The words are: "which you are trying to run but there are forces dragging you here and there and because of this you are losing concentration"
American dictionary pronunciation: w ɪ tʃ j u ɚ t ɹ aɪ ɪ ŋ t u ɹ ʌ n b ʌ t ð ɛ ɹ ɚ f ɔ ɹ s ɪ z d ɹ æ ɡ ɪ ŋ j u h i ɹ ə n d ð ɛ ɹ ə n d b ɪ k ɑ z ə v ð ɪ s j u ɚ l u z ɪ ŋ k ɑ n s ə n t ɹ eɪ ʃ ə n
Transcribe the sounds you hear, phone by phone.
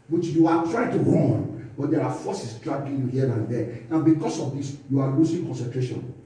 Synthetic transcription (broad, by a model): w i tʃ j u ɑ t ɹ aɪ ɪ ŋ t u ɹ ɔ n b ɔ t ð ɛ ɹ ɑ f ɔ s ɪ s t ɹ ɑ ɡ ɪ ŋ j u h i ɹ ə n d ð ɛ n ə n b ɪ k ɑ s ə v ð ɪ s j u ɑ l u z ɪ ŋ k ɑ n s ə n t ɹ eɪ ʃ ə n